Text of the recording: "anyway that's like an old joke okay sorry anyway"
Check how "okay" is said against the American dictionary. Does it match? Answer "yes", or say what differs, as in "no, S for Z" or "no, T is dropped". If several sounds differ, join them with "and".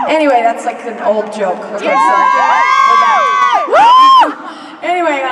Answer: no, K is dropped